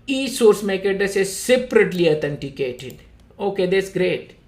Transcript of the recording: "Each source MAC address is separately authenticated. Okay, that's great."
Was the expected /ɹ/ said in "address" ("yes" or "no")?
no